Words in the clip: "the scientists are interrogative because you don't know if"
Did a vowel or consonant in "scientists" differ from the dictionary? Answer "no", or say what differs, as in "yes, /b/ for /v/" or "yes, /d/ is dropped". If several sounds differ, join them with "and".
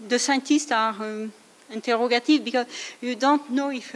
yes, /n/ is dropped and /s/ is dropped